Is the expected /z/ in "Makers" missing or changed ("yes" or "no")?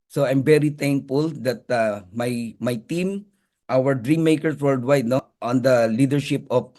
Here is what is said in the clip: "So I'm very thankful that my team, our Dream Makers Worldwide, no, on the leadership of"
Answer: yes